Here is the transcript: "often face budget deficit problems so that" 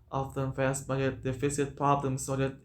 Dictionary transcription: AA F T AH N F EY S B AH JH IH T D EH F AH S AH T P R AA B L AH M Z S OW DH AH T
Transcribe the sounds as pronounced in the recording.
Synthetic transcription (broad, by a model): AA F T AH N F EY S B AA IH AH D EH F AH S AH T P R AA B L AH M S OW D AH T